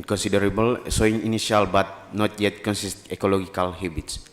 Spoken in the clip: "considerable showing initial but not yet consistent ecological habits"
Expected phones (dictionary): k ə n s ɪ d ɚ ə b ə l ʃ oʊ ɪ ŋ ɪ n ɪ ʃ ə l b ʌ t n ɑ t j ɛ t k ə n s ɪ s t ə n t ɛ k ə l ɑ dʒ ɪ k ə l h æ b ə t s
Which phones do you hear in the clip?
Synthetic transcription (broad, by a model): k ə n s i d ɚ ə b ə l s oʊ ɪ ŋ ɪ n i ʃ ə l b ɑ t n ɑ t j ɛ t k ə n s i s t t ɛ k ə l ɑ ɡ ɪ k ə l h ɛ b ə t s